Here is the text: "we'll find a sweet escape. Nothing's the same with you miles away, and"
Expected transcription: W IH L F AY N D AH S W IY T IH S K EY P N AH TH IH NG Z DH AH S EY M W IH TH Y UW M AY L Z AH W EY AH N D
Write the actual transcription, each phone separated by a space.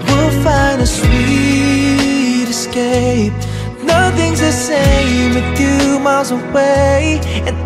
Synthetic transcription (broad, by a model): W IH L F AY N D AH S W IY T IH S K EY P N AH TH IH NG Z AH S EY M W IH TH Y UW M AY L Z AH W EY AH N